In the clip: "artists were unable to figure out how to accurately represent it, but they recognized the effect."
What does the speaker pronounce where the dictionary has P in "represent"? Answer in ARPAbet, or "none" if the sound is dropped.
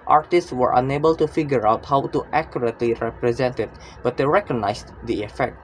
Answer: P